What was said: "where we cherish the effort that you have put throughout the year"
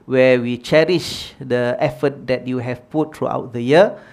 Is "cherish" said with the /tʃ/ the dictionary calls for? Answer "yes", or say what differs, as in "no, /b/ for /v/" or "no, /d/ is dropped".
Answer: yes